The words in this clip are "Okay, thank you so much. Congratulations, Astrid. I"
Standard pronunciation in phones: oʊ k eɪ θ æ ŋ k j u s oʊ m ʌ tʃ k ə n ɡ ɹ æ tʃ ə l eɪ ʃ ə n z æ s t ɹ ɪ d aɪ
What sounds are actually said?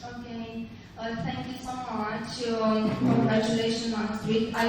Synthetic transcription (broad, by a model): oʊ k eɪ t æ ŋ k j u s oʊ m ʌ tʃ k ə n ɡ ɹ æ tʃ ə l eɪ ʃ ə n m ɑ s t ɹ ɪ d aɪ